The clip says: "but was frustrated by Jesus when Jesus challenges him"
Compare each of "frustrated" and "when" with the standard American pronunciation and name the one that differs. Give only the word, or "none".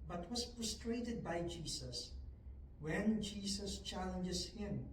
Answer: frustrated